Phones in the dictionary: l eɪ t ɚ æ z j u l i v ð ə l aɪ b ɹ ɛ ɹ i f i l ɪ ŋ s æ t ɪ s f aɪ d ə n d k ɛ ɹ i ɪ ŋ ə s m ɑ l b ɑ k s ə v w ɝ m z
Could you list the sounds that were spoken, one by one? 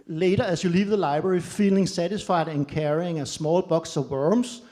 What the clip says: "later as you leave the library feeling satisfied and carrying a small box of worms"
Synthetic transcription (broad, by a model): l eɪ t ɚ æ s j u l i v ð ə l aɪ b ɹ ɛ ɹ i f i l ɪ ŋ s æ t ɪ s f aɪ d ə n k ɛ ɹ i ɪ ŋ ə s m ɑ l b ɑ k s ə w ɝ m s